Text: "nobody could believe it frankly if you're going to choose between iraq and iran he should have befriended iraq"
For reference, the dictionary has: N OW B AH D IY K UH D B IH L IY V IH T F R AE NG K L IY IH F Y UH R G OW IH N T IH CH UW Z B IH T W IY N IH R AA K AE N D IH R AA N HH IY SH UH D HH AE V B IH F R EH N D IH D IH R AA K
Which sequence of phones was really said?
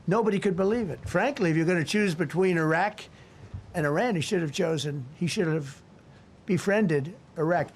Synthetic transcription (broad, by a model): N OW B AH D IY K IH D B IH L IY V IH T F R AE NG K L IY IH F Y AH R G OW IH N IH CH UW Z B IH T W IY N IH R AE K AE N D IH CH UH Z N IY SH UH D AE V B IH F R EH N D IH D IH R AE K